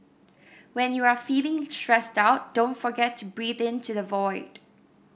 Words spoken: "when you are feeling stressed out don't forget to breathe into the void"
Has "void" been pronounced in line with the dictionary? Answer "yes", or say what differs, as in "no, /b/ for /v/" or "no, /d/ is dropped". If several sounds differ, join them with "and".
yes